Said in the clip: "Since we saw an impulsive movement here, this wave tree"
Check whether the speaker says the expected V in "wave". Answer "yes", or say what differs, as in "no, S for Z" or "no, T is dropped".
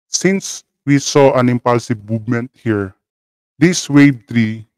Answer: no, B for V